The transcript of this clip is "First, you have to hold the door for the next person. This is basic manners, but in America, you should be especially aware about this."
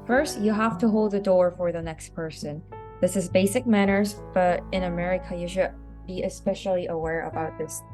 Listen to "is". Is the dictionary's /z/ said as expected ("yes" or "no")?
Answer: yes